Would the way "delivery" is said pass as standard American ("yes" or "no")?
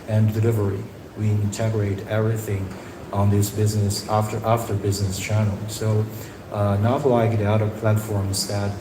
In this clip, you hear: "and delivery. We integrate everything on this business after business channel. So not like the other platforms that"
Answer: yes